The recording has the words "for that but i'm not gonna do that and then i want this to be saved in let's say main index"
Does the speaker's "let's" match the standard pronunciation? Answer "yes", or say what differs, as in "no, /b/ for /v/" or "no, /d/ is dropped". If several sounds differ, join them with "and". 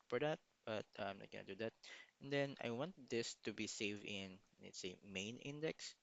no, /n/ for /l/